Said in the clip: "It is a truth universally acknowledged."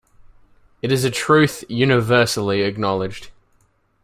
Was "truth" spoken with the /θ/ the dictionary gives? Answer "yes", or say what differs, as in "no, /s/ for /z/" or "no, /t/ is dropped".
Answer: yes